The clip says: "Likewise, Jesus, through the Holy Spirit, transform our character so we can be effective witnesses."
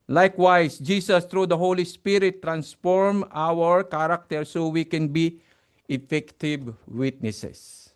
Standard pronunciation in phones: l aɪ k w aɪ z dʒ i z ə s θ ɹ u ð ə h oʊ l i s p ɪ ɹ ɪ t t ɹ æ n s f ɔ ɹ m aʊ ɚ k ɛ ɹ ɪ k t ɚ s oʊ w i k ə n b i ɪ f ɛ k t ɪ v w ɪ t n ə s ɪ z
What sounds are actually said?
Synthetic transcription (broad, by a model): l aɪ k w aɪ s dʒ i s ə s t ɹ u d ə h oʊ l i s p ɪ ɹ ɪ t t ɹ æ n s f ɔ ɹ m aʊ ɚ k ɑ ɹ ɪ k t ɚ s oʊ w i k ə n b i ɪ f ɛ k t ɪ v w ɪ t n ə s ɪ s